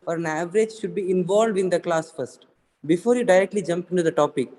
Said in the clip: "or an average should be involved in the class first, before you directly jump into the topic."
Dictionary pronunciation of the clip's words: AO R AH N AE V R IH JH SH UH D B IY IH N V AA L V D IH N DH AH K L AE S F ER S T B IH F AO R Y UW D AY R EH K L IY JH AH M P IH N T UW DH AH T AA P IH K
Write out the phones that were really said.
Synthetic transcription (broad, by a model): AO R AH N AE V R IH JH SH UH D B IY IH N V AA L V D IH N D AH K L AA S F ER S T B IH F AO R Y UW D AY R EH K L IY JH AH M P IH N T UW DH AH T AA P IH K